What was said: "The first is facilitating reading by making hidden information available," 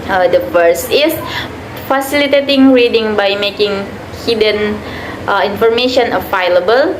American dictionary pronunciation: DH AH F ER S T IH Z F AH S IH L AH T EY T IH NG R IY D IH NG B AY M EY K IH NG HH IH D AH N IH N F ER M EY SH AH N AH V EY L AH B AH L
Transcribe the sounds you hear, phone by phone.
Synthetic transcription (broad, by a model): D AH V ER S IH S F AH S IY L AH T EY T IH NG R IY D IH NG B AY M EY K IH NG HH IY D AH N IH N F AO M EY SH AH N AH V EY L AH B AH L